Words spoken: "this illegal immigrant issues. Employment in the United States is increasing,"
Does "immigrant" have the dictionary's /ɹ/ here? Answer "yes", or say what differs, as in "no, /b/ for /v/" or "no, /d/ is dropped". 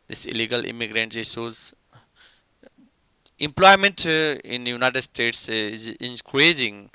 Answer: yes